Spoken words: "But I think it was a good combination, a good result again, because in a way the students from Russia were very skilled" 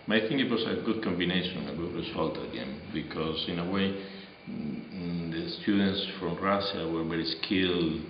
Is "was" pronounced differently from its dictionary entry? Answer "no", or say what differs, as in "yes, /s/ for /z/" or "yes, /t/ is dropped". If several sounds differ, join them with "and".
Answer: yes, /s/ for /z/